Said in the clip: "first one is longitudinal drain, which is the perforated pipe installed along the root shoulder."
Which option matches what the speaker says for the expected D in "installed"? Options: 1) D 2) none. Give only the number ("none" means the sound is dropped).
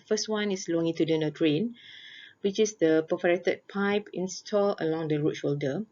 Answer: 2